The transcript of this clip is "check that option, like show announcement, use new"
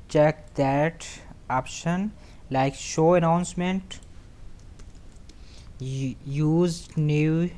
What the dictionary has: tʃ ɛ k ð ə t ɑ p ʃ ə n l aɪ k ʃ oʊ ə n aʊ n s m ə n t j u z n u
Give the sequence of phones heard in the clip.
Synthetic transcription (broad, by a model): tʃ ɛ k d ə t ɑ p ʃ ə n l aɪ k ʃ oʊ ə n aʊ n s m ə n t j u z n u